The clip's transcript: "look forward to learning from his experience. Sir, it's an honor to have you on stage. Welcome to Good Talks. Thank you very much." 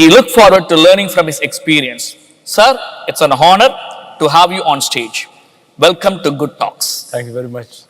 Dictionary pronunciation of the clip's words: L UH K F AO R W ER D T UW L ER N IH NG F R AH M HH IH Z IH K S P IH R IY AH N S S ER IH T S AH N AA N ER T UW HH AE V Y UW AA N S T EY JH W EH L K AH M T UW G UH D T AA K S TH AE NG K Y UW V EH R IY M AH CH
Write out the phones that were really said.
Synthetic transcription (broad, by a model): L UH K F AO R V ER D T UW L ER N IH NG F R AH M HH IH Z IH K S P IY R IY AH N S S ER IH T S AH N AA N ER T UW HH AE V Y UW AA N S T EY JH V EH L K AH M T UW G UH D T AA K S T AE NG K Y UW V EH R IY M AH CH